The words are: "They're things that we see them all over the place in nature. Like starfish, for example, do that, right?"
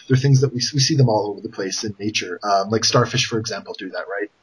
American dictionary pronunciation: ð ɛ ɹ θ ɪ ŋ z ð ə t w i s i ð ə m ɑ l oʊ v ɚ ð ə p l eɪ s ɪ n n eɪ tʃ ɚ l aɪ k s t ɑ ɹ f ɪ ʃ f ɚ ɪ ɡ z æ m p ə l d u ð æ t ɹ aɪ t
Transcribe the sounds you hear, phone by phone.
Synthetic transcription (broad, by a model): ð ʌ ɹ θ ɪ ŋ z ð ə t w i s i ð ə m ɑ l oʊ v ɚ ð ə p l eɪ s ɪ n n eɪ tʃ ɚ l aɪ k s t ɑ ɹ f ɪ ʃ f ɚ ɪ ɡ z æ m p l d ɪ ð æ t ɹ aɪ t